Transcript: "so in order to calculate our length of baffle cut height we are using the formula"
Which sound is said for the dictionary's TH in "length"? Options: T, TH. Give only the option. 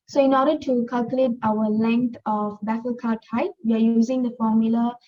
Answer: T